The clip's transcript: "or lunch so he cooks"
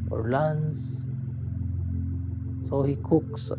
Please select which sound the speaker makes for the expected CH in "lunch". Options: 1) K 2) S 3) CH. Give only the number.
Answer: 2